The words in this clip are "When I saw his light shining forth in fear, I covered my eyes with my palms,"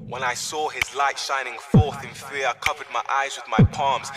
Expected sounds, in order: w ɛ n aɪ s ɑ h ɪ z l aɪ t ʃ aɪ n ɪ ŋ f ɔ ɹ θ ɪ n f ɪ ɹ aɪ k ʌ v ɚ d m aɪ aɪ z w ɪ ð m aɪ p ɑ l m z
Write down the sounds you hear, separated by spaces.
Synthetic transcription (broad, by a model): w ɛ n aɪ s ɑ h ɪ z l aɪ t ʃ aɪ n ɪ ŋ f ɔ ɹ θ ɪ n f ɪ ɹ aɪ k ʌ v ɚ d m aɪ aɪ z w ɪ ð m aɪ p ɑ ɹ m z